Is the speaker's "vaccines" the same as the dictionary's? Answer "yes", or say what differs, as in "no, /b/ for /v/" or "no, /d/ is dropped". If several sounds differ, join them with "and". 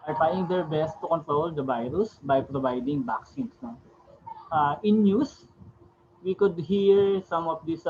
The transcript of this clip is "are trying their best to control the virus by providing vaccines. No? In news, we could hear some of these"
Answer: no, /b/ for /v/ and /s/ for /z/